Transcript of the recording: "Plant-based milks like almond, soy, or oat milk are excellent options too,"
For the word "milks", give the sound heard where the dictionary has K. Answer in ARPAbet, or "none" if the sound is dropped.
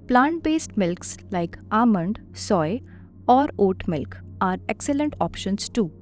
K